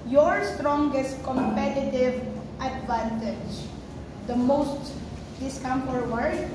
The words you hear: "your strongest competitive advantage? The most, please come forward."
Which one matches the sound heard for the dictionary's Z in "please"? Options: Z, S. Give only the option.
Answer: S